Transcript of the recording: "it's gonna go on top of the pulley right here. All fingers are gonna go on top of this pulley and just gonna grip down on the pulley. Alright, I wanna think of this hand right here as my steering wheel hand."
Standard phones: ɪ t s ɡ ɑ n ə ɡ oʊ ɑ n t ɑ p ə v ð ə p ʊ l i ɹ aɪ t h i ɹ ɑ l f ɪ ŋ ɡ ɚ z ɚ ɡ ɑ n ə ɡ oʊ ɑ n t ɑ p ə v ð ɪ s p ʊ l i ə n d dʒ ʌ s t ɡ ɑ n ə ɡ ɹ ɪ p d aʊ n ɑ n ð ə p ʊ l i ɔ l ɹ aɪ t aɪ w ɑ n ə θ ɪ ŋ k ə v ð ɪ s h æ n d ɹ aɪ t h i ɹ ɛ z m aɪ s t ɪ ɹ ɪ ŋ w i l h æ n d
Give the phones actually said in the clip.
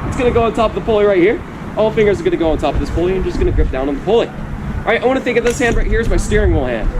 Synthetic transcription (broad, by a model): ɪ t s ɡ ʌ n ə ɡ oʊ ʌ n t ɑ p ə v ð ə p ʊ l i ɹ aɪ t h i ɹ ɑ l f ɪ ŋ ɡ ɚ z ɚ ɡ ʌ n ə ɡ oʊ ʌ n t ɑ p ə v ð ɪ s p ʊ l i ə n dʒ ʌ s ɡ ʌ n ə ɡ ɹ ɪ p d aʊ n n ð ə p ʊ l i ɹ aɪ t aɪ w ɑ n ə θ ɪ ŋ k ə v ð ɪ s h æ n d ɹ aɪ t h i ɹ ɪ z m aɪ s t ɪ ɹ ɪ ŋ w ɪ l h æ n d